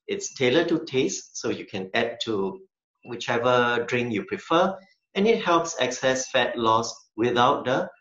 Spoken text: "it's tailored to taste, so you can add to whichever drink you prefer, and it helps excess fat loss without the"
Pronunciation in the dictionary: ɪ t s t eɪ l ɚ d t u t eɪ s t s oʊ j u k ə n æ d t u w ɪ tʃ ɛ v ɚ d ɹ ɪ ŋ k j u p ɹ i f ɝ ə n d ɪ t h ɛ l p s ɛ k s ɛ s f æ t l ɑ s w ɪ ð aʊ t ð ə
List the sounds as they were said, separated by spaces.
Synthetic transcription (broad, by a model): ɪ t s t eɪ l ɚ t u t eɪ s t s oʊ j u k ə n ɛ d t u w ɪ tʃ ɛ v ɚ d ɹ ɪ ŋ j u p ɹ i f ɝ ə n ɪ t h ɛ l p s ɛ k s ɛ s f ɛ t l ɑ s w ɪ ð aʊ t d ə